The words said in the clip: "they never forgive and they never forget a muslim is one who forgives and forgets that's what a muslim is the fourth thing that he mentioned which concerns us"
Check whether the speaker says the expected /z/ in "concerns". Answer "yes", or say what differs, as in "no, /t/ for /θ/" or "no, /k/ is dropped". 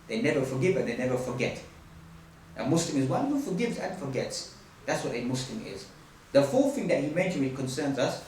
yes